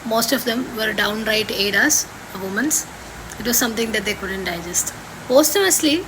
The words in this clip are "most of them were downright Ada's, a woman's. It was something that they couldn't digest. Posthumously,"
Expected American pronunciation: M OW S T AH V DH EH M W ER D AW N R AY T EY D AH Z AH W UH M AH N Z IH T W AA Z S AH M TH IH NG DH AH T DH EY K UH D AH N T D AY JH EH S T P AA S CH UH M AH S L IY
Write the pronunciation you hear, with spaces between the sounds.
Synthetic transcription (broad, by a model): M OW S T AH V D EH M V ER D AW N R AY T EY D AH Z AH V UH M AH N S IH T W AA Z S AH M T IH NG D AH T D EY K UH D AH N T D AY JH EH S T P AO S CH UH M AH S L IY